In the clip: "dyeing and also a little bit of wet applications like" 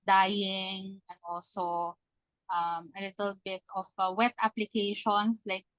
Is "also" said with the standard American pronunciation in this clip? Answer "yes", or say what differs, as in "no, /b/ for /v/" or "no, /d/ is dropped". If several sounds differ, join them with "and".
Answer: no, /l/ is dropped